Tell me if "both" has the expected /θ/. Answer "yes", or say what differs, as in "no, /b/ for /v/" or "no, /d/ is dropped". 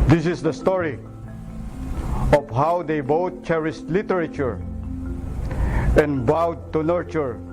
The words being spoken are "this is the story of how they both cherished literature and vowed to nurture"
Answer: no, /t/ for /θ/